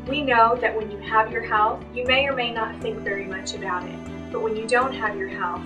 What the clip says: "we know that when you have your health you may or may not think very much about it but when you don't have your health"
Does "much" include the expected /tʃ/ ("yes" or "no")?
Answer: yes